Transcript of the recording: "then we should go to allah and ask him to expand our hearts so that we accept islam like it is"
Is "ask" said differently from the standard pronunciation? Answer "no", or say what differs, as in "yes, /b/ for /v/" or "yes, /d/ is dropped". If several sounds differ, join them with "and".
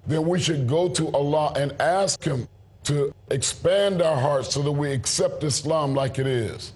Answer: no